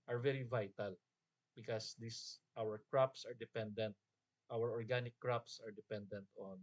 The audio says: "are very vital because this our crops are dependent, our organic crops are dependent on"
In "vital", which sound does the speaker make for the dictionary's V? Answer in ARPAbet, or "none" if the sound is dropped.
V